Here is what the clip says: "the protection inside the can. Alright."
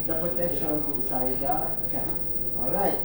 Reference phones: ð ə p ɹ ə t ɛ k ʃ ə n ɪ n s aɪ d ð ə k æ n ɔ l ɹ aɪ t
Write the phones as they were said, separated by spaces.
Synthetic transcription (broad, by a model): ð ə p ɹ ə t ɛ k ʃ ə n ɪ s aɪ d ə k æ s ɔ l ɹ aɪ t